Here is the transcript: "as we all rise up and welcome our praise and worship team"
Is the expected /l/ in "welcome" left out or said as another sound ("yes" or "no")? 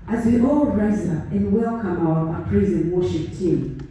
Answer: no